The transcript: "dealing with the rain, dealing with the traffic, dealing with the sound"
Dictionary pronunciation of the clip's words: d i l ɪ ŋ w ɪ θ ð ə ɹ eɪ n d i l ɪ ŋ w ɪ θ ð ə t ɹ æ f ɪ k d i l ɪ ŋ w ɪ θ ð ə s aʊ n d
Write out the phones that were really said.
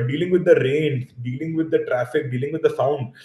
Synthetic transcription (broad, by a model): d i l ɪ ŋ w ɪ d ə ɹ eɪ n d i l ɪ ŋ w ɪ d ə t ɹ æ f ɪ k d i l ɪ ŋ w ɪ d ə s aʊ n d